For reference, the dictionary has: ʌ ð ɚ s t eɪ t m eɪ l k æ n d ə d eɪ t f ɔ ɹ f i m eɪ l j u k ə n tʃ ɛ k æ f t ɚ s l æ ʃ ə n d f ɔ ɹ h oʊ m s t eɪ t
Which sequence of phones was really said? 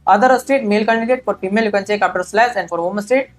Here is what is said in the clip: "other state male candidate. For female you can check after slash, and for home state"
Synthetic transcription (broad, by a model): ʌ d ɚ s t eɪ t m eɪ l k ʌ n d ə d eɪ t f ɔ ɹ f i m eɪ l j u k ə n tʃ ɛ k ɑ p t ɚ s l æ s ə n d f ɔ ɹ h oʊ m s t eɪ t